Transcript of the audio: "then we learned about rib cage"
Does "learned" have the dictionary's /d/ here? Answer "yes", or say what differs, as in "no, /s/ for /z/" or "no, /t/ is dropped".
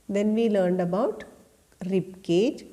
yes